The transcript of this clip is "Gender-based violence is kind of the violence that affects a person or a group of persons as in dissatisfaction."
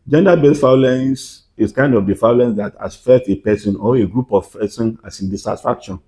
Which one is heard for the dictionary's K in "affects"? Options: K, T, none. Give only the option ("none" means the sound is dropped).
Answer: none